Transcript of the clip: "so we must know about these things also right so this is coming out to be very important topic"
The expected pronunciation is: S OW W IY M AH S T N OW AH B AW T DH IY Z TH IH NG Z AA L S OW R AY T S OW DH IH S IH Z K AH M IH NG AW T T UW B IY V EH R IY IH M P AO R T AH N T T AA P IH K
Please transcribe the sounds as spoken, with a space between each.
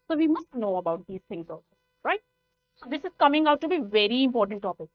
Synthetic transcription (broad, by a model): S OW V IY M AH S T N OW AH B AW T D IY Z T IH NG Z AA S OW R AY T S OW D IH S IH Z K AH M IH NG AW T T UW B IY V EH R IY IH M P AO R T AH N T T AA P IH K